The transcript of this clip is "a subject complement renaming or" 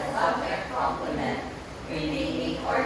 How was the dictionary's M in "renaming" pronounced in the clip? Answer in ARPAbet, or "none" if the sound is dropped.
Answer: none